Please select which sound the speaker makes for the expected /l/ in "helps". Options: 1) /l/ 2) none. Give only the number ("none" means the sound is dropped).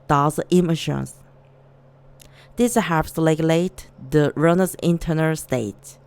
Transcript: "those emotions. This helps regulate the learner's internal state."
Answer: 2